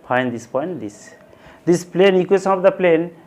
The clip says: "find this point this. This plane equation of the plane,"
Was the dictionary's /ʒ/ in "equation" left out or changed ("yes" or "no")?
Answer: yes